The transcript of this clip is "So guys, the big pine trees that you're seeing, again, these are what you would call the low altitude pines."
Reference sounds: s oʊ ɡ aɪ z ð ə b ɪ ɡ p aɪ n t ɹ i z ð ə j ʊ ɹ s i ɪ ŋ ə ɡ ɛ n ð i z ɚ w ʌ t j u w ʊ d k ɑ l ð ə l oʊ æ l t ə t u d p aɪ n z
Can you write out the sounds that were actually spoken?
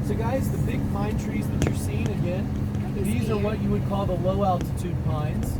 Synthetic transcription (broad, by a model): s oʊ ɡ aɪ z ð ə b ɪ ɡ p aɪ n t ɹ i z ð ə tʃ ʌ ɹ s i ɪ ŋ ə ɡ ɛ n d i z ɚ w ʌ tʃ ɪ w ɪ d k ɑ l ð ə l oʊ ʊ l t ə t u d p aɪ n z